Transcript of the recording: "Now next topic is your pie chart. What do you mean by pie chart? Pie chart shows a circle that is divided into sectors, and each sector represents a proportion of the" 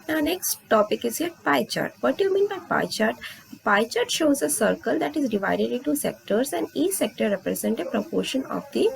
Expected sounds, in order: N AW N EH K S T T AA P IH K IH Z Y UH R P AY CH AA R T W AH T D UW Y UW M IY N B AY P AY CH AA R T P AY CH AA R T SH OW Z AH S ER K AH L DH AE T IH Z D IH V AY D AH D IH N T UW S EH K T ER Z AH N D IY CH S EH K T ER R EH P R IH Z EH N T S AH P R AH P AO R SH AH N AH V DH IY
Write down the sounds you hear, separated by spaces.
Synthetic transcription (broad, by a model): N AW N EH K S T T AA P IH K IH Z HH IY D P AY CH AA R T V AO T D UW Y UW M IY N B AY P AY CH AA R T P AY CH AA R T SH OW Z AH S ER K AH L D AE T IH Z D IH V AY D AH D IH N T UW S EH K T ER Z AH N D IY CH S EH K T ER R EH P R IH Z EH N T AH P R AH P AO R SH AH N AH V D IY